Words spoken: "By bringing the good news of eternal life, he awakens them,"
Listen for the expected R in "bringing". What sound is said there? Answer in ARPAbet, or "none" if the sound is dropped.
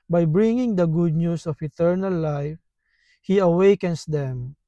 R